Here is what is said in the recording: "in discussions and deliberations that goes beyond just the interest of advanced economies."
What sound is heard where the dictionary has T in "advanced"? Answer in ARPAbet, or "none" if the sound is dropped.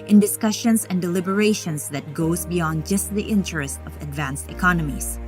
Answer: T